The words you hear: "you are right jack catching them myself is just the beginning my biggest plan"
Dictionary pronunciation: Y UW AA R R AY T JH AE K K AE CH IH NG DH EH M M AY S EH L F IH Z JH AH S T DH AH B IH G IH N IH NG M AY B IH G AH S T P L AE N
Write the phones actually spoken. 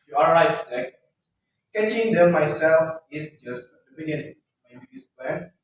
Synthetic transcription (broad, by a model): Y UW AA L R AY T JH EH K K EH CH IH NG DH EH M M AY S EH L F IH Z JH AH S T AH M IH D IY IH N M AY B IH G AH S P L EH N